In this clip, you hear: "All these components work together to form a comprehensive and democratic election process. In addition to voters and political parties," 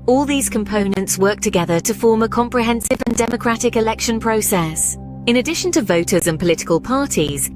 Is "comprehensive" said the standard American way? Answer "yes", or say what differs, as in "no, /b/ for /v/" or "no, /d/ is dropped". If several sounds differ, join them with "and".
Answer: yes